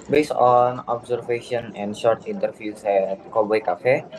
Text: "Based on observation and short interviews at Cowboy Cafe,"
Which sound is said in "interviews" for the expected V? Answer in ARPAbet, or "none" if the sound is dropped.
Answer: F